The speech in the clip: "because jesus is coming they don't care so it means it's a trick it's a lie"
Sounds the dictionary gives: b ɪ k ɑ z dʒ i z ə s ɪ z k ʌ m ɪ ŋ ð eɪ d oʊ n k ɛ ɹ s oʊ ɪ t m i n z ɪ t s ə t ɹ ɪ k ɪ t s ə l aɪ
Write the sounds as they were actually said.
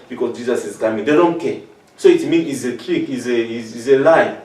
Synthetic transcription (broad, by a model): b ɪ k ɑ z dʒ i z ə s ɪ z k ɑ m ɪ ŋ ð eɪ d oʊ n k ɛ s oʊ ɪ t m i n ɪ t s ə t ɹ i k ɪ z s ə l aɪ